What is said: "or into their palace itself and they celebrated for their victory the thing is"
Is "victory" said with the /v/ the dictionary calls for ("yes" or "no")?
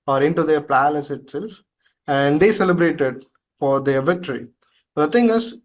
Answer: yes